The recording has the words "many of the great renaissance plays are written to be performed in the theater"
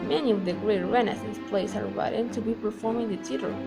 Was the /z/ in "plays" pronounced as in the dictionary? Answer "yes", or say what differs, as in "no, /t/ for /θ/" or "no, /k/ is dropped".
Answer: no, /s/ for /z/